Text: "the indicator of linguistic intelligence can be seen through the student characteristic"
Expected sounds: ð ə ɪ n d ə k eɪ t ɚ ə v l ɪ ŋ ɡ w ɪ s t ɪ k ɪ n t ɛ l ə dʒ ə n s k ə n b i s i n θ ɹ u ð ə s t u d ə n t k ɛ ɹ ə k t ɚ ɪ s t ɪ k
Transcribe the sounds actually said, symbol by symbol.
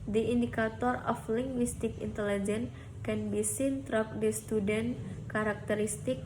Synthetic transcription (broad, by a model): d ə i n d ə k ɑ t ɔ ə f l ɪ ŋ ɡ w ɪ s t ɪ k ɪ n t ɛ l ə dʒ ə n k ə n b i s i n t ɹ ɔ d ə s t u d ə n k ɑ ɹ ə k t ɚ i s t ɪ k